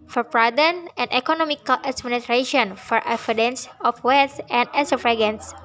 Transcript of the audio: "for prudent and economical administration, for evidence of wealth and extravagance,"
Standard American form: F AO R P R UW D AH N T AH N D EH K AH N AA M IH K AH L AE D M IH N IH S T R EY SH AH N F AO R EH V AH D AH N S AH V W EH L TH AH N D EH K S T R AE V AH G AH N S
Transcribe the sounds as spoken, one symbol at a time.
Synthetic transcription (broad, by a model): F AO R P R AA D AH N AH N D EH K AH N AA M IH K AH L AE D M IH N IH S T R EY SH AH N F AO R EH F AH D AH N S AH F W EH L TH AH N D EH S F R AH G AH N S